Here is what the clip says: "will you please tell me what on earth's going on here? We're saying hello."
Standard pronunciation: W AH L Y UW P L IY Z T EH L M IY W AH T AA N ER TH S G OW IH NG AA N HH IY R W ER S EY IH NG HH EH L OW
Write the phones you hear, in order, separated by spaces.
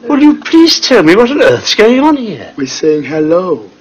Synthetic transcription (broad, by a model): W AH L Y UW P L IY Z T EH L M IY W AH T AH N ER TH S G OW IH NG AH N HH IY R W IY S EY IH NG HH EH L OW